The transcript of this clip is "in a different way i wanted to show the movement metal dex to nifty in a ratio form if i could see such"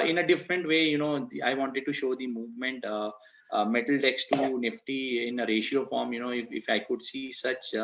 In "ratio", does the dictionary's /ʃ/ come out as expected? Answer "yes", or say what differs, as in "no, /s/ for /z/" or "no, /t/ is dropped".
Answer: yes